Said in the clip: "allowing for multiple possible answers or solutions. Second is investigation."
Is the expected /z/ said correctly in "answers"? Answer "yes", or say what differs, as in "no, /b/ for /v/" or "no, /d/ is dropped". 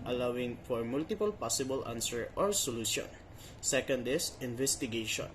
no, /z/ is dropped